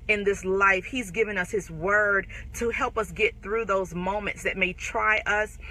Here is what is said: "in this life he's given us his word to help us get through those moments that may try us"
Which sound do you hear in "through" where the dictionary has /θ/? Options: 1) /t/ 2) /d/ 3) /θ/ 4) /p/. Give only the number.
3